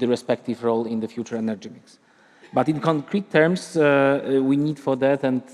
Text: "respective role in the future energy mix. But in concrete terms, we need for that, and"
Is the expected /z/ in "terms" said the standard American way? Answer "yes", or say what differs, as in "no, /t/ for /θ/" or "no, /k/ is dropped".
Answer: no, /s/ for /z/